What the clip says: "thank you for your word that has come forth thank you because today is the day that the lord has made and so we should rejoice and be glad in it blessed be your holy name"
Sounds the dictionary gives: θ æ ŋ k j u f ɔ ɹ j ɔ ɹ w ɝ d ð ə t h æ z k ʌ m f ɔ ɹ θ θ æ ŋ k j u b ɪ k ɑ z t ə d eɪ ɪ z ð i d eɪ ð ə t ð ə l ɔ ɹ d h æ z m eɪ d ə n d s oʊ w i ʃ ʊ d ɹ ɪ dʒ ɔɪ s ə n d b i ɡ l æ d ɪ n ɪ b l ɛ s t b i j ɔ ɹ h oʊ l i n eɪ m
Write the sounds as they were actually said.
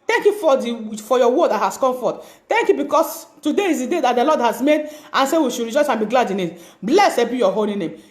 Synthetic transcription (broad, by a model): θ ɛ ŋ k j u f ɔ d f ɔ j w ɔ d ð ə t h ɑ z k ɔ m f ɔ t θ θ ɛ ŋ k j u b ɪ k ɑ s t ə d eɪ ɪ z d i d eɪ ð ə t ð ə l ɔ d h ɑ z m eɪ d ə n s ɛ w i ʃ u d ɹ ɪ dʒ ɔɪ s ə n b i ɡ l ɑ d ɪ n ɪ b l ɛ s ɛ b i j ɔ h oʊ l i n eɪ m